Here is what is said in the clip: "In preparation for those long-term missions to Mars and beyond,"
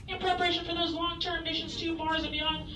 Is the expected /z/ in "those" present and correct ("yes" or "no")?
yes